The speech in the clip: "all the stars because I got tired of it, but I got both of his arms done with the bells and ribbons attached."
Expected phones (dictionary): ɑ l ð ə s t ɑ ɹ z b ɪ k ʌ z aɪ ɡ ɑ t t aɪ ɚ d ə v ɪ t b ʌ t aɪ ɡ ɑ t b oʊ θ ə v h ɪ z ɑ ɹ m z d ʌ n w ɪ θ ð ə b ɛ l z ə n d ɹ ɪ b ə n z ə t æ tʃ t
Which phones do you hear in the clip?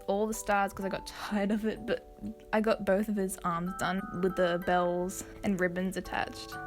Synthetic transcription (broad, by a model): ɑ l ð ə s t ɑ ɹ z k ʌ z aɪ ɡ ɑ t t aɪ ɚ d ə v ɪ t b ʌ t aɪ ɡ ɑ t b oʊ θ ə v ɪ z ɑ ɹ m z d ʌ n w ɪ ð ə b ɛ l z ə n ɹ ɪ b ə n z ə t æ tʃ t